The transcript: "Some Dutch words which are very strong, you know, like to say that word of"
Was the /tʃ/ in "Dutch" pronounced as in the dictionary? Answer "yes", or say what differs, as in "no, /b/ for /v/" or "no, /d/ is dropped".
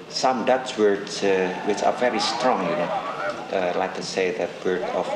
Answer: no, /s/ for /tʃ/